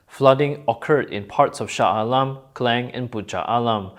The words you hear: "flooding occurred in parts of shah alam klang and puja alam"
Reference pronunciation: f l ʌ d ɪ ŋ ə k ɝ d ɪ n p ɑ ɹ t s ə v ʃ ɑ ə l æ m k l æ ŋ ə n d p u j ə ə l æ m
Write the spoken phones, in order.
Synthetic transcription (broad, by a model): f l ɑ d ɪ ŋ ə k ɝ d ɪ n p ɑ ɹ t s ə f ʃ ɑ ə l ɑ m k l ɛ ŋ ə n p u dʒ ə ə l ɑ m